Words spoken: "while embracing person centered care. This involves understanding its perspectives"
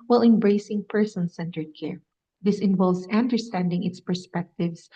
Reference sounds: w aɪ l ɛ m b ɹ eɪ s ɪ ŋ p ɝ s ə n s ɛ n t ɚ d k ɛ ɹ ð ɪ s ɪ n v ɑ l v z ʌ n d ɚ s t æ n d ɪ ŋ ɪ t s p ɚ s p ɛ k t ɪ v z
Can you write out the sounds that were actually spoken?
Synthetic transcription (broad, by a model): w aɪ l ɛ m b ɹ eɪ s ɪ ŋ p ɝ s ə n s ɛ n t ɚ d k ɛ ɹ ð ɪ s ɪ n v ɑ l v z ʌ n d ɚ s t æ n d ɪ ŋ ɪ t s p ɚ s p ɛ k t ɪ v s